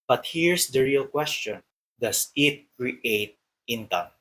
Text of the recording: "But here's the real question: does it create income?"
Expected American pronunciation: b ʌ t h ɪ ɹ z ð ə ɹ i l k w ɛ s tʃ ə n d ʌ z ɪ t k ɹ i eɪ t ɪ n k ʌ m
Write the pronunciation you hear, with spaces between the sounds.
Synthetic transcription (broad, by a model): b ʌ t h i ɹ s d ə ɹ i l k w ɛ s tʃ ə n d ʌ s ɪ t k ɹ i eɪ t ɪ n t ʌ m